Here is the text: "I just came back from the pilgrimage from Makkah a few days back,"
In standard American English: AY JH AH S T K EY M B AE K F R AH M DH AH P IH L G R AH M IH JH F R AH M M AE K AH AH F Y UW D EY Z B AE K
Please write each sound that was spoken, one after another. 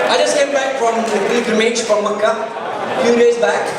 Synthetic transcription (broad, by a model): AY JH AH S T K EY M B AE K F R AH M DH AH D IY G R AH M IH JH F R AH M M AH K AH F Y UW D EY Z B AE K